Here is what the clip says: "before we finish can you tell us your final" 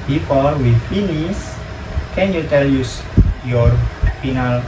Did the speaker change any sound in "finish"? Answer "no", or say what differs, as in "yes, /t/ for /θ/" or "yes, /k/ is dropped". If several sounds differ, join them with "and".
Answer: yes, /s/ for /ʃ/